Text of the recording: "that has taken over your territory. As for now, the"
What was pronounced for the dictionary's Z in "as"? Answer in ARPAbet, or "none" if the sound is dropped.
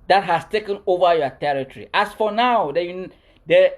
S